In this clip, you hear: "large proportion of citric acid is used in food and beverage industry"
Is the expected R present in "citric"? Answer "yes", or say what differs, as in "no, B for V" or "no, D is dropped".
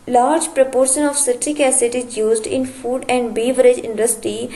no, R is dropped